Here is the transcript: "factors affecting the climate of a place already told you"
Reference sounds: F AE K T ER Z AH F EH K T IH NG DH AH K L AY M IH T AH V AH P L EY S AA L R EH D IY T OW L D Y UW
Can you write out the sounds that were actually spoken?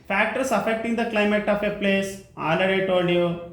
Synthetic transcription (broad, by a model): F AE K T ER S AH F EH K T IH NG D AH K L AY M IH T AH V AH P L EY S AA L AH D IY T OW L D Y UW